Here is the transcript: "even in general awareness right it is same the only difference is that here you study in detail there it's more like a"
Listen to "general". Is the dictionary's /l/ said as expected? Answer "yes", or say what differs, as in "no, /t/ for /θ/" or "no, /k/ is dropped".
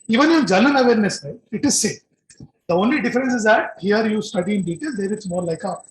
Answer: no, /n/ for /l/